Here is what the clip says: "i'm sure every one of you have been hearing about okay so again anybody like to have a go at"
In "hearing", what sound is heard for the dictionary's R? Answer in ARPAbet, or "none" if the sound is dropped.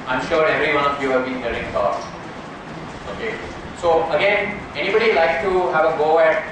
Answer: L